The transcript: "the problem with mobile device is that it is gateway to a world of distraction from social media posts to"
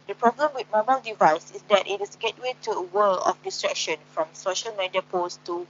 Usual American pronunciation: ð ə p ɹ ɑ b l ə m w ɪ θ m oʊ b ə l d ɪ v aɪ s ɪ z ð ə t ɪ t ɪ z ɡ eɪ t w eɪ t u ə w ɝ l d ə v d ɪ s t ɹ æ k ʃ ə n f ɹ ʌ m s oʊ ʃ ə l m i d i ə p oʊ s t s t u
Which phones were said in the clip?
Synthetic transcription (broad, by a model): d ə p ɹ ɑ b l ə m w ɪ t m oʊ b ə l d ɪ v aɪ s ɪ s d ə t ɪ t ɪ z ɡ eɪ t w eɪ t u ə w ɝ l ə f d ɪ s t ɹ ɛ k ʃ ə n f ɹ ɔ m s oʊ ʃ ə l m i d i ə p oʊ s s t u